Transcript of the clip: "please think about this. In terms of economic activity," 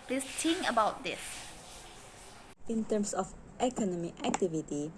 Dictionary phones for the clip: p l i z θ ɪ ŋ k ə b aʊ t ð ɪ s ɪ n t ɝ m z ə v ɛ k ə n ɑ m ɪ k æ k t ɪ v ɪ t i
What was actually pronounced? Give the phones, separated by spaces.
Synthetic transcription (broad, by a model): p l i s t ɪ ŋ ə b aʊ t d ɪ s ɪ n t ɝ m s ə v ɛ k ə n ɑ m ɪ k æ k t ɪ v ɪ t i